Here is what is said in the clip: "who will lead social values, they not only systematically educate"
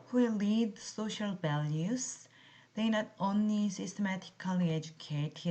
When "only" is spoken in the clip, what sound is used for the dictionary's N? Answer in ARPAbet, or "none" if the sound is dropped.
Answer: N